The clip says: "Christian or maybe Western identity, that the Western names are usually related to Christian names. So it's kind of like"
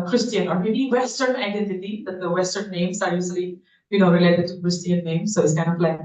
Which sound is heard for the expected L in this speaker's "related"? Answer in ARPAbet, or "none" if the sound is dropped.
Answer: L